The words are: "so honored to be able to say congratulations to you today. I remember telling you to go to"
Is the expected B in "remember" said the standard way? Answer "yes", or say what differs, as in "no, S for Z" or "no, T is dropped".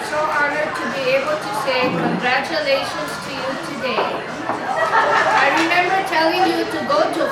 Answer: yes